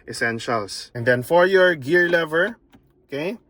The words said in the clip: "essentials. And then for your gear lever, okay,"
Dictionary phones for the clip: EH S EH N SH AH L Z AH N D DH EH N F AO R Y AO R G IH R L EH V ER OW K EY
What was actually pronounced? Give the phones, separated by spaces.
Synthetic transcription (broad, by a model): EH S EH N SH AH L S AH N D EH N F AO R Y AO R G IH R L EH V ER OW K EY